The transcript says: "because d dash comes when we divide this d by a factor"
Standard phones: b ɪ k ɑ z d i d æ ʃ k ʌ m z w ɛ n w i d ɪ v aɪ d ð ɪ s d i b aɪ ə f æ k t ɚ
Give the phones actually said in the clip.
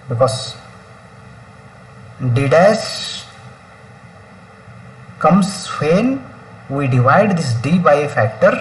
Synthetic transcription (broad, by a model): b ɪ k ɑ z d i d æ s k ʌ m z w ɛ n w i d ɪ v aɪ d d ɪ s d i b aɪ ə f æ k t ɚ